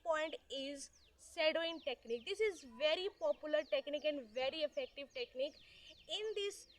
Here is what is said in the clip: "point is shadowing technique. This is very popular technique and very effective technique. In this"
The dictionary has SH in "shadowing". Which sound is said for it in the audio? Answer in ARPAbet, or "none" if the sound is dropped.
S